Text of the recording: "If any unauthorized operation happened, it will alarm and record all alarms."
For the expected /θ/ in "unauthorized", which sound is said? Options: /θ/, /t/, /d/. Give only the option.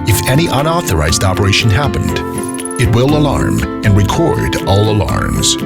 /θ/